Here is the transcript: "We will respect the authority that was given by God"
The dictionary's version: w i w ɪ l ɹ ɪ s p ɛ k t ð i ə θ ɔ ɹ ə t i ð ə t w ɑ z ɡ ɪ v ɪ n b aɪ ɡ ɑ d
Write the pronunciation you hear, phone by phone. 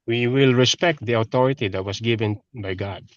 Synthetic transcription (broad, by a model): w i w ɪ l ɹ ɪ s p ɛ k t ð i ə t ɔ ɹ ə t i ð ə t w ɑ s ɡ ɪ v ɪ n b aɪ ɡ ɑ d